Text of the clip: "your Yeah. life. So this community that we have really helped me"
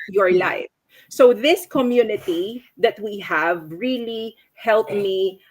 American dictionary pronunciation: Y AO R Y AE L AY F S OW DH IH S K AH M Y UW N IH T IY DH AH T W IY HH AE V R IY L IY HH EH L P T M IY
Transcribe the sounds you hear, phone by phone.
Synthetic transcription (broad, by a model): Y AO R L AY F S OW DH IH S K AH M Y UW N IH T IY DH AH T W IY HH AE V R IY L IY HH EH L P M IY